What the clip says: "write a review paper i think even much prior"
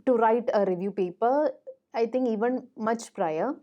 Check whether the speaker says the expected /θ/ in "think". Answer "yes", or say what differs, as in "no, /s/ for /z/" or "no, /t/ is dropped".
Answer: no, /t/ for /θ/